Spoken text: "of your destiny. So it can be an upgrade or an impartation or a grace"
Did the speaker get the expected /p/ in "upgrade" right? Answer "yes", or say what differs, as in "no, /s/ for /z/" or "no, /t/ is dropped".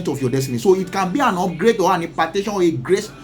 no, /p/ is dropped